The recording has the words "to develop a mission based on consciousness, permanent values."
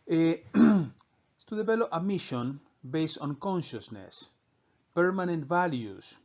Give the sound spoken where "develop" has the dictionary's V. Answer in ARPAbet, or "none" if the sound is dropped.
B